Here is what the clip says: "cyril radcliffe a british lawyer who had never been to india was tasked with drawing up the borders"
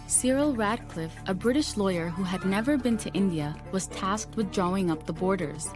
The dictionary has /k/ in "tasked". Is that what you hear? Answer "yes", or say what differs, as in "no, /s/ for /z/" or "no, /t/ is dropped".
yes